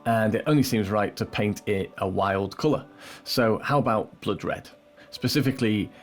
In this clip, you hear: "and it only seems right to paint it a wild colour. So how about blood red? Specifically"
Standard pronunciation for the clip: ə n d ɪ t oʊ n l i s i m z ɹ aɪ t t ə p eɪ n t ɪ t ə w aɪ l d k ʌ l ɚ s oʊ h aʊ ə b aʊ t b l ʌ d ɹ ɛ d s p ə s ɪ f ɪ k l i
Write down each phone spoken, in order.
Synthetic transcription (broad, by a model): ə n ɪ t oʊ n l i s i m z ɹ aɪ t t ə p eɪ n t ɪ t ə w aɪ l d k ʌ l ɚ s oʊ h aʊ ə b aʊ t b l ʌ d ɹ ɛ d s p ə s ɪ f ɪ k l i